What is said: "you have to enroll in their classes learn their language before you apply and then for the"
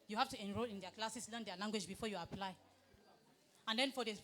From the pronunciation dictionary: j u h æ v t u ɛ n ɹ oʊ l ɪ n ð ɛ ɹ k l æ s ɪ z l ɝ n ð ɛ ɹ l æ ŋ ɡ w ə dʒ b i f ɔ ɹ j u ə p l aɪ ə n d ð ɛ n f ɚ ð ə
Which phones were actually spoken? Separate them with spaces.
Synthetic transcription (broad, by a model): j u h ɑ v t u ɛ n ɹ oʊ l ɪ n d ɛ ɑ k l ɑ s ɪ s l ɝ n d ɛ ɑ l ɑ ŋ ɡ w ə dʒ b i f ɔ j u ə p l aɪ ə n d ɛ n f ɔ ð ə